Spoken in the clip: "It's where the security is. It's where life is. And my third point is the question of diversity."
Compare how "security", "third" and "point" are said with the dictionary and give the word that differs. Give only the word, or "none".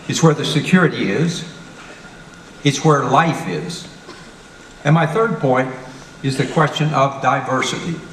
none